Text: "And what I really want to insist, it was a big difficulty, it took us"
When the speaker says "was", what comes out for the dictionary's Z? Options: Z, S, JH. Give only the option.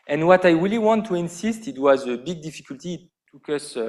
Z